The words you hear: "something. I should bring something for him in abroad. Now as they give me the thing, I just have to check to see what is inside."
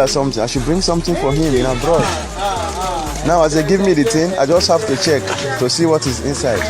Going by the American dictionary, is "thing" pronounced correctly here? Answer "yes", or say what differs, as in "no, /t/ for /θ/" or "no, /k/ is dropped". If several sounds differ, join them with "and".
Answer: no, /t/ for /θ/